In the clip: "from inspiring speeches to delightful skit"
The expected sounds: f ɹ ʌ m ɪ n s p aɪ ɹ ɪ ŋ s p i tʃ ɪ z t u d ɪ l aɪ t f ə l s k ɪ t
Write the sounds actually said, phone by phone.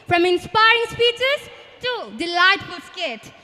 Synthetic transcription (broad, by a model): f ɹ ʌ m ɪ n s p aɪ ɹ ɪ ŋ s p i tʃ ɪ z t u d ɪ l aɪ t f ə l s k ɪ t